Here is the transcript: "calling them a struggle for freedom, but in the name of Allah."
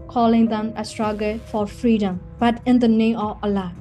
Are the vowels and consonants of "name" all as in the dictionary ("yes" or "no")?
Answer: yes